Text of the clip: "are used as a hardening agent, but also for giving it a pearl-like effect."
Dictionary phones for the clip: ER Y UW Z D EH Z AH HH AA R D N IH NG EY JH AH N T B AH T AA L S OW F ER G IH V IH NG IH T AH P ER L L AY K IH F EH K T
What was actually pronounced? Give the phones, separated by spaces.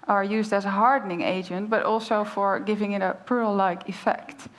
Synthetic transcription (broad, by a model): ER Y UW Z D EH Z AH HH AA R D N IH NG EY JH AH N T B AH T AA L S OW F ER G IH V IH NG IH T AH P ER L L AY K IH F EH K T